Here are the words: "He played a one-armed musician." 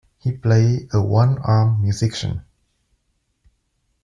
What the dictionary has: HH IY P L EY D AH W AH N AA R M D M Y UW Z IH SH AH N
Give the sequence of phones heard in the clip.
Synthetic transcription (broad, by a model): HH IY P L EY AH W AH N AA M M Y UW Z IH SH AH N